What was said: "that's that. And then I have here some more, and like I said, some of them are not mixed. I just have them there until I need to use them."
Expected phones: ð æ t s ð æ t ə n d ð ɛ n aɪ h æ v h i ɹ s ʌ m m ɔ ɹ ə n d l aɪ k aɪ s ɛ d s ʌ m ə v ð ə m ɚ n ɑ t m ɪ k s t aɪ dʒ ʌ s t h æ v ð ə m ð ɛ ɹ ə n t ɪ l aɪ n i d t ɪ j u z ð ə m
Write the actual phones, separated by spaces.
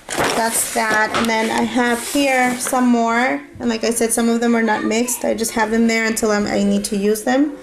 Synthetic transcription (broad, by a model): ð æ t s ð æ t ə n ð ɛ n aɪ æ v h i ɹ s ʌ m m ɔ ɹ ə n l aɪ k aɪ s ɛ d s ʌ m ə v ð ə m ɚ n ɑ t m ɪ k s t aɪ dʒ ʌ s t h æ v ð ə m ð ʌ ɹ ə n t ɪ l aɪ n i d t ɪ j u z ð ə m